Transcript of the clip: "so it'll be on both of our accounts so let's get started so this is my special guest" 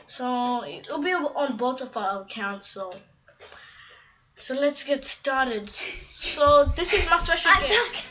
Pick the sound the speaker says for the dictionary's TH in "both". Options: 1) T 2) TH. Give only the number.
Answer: 1